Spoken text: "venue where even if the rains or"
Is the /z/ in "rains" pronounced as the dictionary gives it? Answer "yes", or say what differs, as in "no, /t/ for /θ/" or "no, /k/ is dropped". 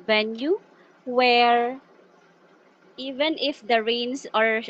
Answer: no, /s/ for /z/